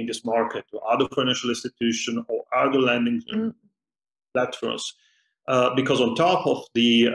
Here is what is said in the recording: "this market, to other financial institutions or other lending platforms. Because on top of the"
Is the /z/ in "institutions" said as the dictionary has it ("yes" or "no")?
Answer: no